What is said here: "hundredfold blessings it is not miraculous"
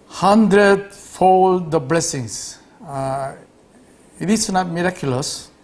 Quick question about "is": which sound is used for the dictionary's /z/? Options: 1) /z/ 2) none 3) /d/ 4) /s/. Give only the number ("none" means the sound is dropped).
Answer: 4